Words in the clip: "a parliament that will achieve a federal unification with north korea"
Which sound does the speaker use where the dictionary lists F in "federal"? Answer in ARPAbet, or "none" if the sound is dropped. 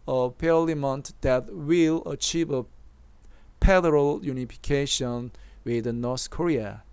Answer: P